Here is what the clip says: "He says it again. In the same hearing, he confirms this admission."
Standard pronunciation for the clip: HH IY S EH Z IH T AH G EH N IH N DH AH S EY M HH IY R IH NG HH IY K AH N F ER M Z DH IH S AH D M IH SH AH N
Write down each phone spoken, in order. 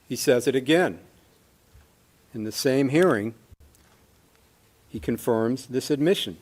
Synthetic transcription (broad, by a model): HH IY S EH Z IH T AH G EH N IH N DH AH S EY M HH IY R IH NG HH IY K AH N F ER M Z DH IH S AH D M IH SH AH N